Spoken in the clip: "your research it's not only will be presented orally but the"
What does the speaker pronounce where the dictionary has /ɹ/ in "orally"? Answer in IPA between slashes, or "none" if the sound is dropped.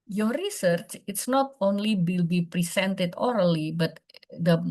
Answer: /ɹ/